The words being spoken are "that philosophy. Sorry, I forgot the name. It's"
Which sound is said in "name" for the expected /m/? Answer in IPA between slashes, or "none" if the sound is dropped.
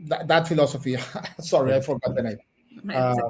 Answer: none